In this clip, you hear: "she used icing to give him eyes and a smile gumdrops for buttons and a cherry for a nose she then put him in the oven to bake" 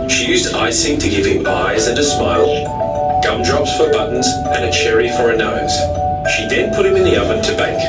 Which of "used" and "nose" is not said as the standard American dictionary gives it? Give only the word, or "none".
none